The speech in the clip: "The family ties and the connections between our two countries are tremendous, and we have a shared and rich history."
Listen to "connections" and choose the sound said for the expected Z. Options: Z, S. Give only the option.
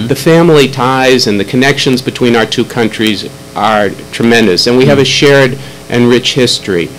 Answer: Z